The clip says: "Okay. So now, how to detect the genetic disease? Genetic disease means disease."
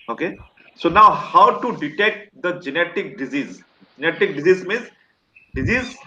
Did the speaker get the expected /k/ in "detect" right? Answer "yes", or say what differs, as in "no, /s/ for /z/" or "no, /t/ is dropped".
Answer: yes